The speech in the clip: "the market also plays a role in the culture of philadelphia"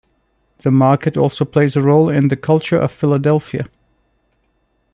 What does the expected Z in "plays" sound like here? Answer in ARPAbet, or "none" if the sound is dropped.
Z